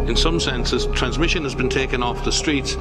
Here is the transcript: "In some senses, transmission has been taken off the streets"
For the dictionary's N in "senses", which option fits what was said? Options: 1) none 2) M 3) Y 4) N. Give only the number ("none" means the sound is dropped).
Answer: 4